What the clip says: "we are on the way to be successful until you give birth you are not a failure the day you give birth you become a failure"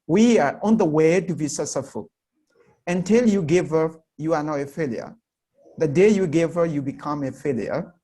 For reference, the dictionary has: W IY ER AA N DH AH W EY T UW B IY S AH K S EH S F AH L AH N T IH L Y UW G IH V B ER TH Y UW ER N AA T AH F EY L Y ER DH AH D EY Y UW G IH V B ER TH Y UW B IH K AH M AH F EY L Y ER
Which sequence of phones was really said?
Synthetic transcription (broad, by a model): W IY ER AA N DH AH W EY T UW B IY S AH S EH F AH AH N T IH L Y UW G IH V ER Y UW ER N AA AH F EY L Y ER DH AH D EY Y UW G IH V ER Y UW B IH K AH M AH F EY L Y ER